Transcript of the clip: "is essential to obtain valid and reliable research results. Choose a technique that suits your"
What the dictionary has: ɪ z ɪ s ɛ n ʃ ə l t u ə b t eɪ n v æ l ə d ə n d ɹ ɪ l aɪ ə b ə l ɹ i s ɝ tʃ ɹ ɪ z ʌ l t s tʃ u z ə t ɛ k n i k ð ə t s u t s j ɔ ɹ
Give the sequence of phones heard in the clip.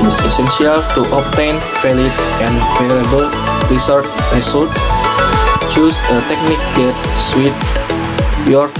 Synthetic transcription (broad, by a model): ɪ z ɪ s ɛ n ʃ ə l t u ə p t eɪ n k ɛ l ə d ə n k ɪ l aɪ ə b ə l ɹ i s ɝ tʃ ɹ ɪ s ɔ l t tʃ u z ə t ɛ k n i k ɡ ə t s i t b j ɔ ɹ